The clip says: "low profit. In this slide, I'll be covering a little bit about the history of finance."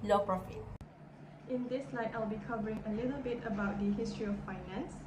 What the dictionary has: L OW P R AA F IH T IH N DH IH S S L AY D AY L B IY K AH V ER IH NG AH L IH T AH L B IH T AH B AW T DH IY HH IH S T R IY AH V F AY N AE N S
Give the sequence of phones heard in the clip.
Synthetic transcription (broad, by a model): L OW P R AA F IH T IH N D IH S S L AY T AY L B IY K AH V ER IH NG AH L IH T AH L B IH T AH B AW T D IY HH IH S T R IY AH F AY N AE N S